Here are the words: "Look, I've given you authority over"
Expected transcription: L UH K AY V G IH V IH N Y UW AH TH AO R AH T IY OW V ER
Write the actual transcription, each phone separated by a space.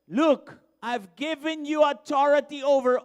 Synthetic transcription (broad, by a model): L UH K AY V G IH V IH N Y UW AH T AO R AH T IY OW V ER